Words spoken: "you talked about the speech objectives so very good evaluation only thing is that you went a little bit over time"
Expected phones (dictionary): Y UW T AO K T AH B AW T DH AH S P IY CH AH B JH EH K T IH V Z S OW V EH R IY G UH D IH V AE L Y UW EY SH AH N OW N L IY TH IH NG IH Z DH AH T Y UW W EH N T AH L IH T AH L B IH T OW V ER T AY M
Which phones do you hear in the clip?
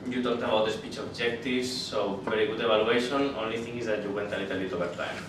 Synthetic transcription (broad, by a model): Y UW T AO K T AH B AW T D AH S P IY CH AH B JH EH K T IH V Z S OW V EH R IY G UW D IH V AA L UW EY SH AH N OW N L IY T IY NG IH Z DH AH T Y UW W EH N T AH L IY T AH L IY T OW B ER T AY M